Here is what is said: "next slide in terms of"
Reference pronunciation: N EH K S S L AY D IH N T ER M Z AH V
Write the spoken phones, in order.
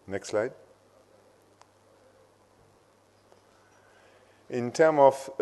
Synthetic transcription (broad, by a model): N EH K S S L AY D IH N T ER M AH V